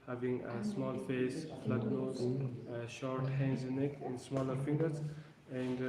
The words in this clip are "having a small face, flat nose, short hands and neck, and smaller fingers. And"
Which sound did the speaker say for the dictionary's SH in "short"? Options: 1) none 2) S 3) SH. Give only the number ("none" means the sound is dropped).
3